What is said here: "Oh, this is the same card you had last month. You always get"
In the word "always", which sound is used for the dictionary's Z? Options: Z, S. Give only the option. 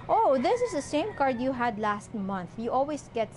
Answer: S